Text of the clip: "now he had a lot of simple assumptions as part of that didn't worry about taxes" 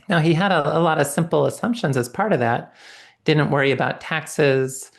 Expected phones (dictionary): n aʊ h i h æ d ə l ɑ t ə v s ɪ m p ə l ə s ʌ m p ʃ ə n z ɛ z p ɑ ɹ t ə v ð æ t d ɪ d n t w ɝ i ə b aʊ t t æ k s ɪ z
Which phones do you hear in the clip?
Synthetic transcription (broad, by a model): n aʊ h i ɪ d ə l ɑ t ə v s ɪ m p l ə s ʌ m p ʃ ə n z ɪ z p ɑ ɹ t ə v ð æ t d ɪ d n t w ɝ i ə b aʊ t t æ k s ɪ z